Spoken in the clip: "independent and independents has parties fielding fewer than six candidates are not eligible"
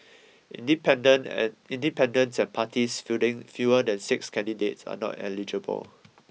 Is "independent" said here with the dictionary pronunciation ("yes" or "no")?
no